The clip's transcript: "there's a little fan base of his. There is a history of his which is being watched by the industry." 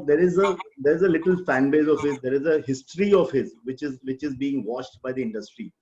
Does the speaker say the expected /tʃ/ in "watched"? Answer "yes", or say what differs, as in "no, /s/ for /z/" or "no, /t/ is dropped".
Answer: no, /ʃ/ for /tʃ/